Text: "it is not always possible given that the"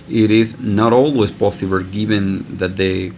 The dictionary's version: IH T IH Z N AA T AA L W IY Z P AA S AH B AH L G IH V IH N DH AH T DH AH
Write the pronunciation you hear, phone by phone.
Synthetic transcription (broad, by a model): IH T IH Z N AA T AA L W IY Z B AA TH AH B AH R G IH V IH N DH AH T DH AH